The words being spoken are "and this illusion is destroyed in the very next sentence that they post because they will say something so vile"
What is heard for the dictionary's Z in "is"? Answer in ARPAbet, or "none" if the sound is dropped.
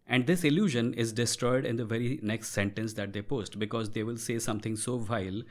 Z